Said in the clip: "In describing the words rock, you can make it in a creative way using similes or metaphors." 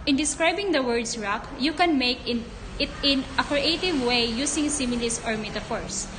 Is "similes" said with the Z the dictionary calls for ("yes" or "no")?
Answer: no